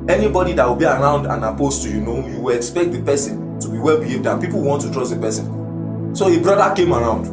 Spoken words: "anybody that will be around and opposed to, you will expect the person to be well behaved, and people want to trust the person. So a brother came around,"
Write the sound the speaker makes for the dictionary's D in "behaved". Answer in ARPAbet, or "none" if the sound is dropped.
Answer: D